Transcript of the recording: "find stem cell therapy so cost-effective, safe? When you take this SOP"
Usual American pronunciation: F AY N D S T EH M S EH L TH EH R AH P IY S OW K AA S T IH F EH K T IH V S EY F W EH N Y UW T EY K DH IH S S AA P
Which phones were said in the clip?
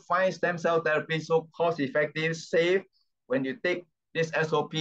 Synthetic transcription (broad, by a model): F AY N S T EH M S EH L T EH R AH P IY S OW K AA S IH F EH K T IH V S EY F W EH N Y UW T EY K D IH S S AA P